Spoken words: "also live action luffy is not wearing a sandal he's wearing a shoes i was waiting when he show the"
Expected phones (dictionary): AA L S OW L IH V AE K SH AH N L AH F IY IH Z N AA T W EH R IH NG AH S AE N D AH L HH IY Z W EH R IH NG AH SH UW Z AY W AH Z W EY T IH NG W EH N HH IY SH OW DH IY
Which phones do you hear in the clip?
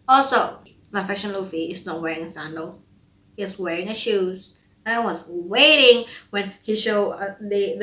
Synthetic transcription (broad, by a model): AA L S OW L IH F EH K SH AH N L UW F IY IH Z N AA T W EH R IH NG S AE N D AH L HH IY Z W EH R IH NG AH SH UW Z AY W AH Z W EY T IH NG W EH N HH IY SH OW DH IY